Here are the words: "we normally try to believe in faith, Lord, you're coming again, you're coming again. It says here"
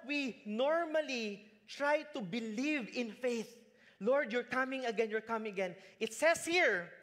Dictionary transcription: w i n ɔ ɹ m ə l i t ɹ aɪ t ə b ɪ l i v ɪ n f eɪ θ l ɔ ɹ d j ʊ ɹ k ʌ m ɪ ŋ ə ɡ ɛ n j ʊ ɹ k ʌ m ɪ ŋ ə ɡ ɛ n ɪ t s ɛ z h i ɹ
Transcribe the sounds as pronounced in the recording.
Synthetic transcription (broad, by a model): w i n ɔ ɹ m ə l i t ɹ aɪ t ə b ɪ l i v ɪ n f eɪ θ l ɔ ɹ d j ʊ ɹ k ʌ m ɪ ŋ ə ɡ ɛ n j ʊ ɹ k ʌ m ɪ ŋ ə ɡ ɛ n ɪ t s ɛ s h i ɹ